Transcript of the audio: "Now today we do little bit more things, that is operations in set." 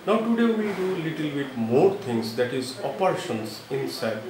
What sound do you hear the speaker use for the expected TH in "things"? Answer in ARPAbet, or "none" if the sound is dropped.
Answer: T